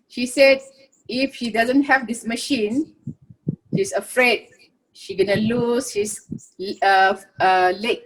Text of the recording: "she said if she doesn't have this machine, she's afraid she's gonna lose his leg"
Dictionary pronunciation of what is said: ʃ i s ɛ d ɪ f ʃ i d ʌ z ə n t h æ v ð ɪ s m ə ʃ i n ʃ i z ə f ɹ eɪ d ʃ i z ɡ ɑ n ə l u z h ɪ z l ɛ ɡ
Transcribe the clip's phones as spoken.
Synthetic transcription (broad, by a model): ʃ i s ɛ d ɪ f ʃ i d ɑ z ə n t h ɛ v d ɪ s m ə ʃ i n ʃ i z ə f ɹ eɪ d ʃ i ɡ ɑ n ə l u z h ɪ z l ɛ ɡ